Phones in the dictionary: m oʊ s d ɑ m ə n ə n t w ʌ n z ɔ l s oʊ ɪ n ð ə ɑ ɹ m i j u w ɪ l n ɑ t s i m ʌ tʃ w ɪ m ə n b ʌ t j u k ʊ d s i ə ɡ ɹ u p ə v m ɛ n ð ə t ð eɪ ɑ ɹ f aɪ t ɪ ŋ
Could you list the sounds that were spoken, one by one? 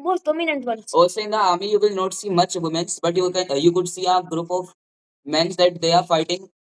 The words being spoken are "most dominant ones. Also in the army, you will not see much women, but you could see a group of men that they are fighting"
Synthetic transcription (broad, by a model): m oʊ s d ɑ m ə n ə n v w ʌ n ɔ s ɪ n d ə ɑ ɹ m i j u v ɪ l n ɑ t s i m ʌ tʃ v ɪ m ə n b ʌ t j u k ʊ d s i ə ɡ ɹ u p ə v m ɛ n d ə t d eɪ ɑ ɹ f aɪ t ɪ ŋ